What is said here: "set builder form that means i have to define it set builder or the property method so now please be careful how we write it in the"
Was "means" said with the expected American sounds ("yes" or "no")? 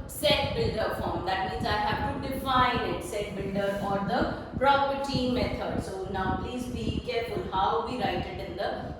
yes